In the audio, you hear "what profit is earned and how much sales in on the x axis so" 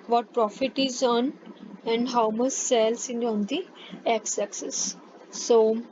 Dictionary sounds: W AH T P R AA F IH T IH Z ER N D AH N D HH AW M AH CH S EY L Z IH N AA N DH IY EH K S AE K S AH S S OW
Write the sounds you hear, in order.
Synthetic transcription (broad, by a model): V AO T P R AA F IH T IH Z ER N AH N D HH AW M AH CH S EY L S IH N AA N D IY EH K S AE K S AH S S OW